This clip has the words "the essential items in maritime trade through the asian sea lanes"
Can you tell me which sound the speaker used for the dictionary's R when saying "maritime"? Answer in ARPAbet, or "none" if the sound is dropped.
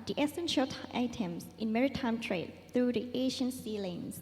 R